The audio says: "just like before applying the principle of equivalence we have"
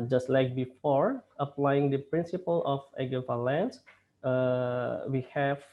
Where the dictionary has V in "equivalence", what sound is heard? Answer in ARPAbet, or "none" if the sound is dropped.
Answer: F